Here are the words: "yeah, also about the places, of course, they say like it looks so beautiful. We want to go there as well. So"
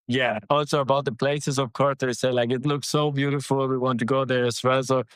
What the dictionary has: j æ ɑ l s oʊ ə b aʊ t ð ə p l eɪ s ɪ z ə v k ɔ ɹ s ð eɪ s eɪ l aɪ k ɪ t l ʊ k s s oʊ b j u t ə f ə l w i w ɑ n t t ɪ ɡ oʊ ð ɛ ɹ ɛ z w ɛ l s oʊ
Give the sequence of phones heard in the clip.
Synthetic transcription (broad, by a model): j æ ɑ l s oʊ ə b aʊ t ð ə p l eɪ s ɪ z ə v k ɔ ɹ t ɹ s eɪ l aɪ k ɪ t l ʊ k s s oʊ b j u t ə f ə w i w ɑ n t t ɪ ɡ oʊ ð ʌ ɹ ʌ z w ɛ l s oʊ